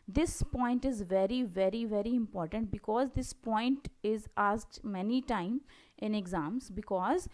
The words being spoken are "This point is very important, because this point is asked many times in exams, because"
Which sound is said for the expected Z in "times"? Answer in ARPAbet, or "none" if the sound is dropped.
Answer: none